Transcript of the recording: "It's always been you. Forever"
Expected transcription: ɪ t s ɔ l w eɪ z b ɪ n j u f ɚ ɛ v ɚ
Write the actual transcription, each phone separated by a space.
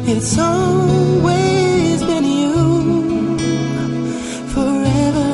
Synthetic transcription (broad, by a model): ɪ t s ɔ l w eɪ z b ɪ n j u f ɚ ɛ v ɚ